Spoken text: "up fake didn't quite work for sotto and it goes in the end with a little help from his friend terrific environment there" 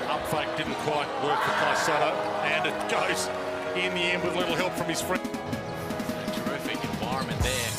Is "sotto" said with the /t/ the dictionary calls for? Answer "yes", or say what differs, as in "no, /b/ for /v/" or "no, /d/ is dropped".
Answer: no, /s/ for /t/